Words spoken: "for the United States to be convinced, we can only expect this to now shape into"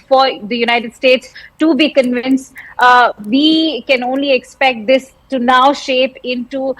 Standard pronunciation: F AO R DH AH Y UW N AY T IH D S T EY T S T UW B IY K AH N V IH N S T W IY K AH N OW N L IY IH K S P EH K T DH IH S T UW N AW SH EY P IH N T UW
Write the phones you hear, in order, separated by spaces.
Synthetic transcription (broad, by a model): F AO R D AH Y UW N AY T IH D S T EY T S T UW B IY K AH N V IH N S T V IY K AH N OW N L IY IH K S P EH K T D IH S T UW N AW SH EY P IH N T UW